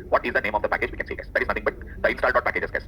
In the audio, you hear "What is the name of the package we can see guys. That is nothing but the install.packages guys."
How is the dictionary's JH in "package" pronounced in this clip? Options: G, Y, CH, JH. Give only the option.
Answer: JH